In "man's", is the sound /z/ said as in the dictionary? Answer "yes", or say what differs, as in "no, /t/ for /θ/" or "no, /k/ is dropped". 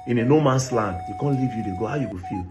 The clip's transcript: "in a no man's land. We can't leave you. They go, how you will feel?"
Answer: no, /s/ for /z/